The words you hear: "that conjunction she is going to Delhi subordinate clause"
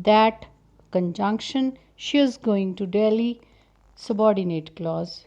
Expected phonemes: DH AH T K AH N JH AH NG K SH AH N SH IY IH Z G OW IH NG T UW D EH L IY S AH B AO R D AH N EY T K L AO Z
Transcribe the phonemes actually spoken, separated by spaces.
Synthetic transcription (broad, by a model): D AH T K AH N JH AH NG K SH AH N SH IY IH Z G OW IH NG T UW D EH L IY S AH B AO R D AH N EY T K L AO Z